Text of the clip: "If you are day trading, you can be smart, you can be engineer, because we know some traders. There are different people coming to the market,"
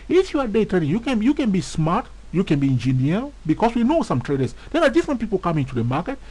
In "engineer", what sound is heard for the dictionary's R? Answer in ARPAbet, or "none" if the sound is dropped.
L